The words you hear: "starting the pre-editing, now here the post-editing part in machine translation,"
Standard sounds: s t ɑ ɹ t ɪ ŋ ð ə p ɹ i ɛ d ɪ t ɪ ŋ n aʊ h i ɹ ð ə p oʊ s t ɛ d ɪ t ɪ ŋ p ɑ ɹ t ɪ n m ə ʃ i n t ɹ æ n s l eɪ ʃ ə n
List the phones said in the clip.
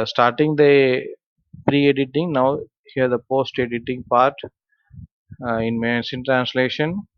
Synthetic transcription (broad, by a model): s t ɑ ɹ t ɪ ŋ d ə p ɹ i ɛ d ɪ t ɪ ŋ n aʊ h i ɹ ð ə p oʊ s t ɛ d ɪ t ɪ ŋ p ɑ ɹ t ɪ n m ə s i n t ɹ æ n s l eɪ ʃ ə n